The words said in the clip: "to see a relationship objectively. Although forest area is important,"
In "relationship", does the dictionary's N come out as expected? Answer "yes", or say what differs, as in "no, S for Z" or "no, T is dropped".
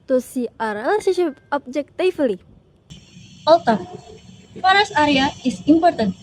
no, N is dropped